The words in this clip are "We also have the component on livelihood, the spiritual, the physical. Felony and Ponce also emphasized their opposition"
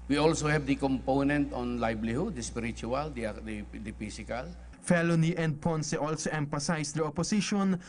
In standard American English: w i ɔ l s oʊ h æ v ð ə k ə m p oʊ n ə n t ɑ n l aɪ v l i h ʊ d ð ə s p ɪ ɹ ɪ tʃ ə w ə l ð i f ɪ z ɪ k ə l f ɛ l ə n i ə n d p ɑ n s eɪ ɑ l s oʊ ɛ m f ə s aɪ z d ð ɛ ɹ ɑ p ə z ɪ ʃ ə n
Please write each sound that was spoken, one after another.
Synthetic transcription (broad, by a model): w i ɔ l s oʊ h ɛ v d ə k ə m p oʊ n ə n t ɑ n l aɪ b l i h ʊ d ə s p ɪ ɹ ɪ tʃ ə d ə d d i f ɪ s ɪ k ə l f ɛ l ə n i ə n d p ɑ n s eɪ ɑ l s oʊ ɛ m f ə s aɪ s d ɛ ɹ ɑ p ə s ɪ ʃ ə n